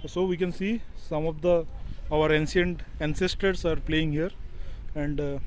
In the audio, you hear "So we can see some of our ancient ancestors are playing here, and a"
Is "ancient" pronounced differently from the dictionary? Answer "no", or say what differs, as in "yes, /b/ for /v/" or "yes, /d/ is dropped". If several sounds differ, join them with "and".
yes, /s/ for /ʃ/